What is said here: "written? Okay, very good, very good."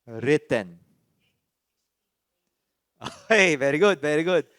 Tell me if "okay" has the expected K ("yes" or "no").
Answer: no